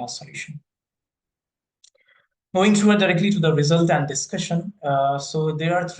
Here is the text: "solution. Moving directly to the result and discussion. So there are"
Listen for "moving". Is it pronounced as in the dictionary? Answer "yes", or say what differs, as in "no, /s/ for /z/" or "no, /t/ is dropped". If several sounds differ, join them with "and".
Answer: no, /v/ is dropped